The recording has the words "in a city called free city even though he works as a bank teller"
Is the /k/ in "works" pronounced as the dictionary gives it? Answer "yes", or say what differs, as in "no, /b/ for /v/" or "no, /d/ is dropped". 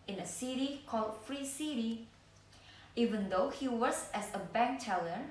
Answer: no, /k/ is dropped